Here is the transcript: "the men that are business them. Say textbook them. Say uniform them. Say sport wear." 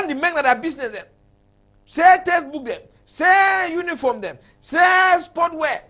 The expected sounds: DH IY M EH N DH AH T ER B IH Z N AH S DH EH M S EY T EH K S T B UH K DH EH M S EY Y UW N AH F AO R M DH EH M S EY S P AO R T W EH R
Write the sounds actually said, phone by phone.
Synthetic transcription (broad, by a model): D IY M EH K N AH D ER B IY S N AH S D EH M S EY T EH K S B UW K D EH M S EY Y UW N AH F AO M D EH M S EY S P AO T W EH